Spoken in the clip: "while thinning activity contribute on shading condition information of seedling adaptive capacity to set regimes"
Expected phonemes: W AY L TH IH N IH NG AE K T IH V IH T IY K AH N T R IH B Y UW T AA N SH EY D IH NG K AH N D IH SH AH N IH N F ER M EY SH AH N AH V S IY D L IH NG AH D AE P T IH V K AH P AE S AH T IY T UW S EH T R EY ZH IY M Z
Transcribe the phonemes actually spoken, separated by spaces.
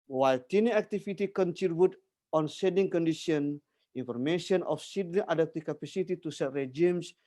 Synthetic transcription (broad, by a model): W AY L T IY N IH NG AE K T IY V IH T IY K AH N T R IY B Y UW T AA N S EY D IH NG K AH N D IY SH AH N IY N F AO M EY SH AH N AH F S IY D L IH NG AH D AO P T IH K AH P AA S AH T IY T UW S EH T R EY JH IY M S